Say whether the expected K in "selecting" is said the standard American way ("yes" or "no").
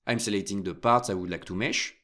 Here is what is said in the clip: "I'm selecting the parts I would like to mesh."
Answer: no